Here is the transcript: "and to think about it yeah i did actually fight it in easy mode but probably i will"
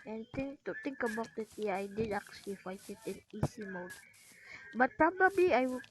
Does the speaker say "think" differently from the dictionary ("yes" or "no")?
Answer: yes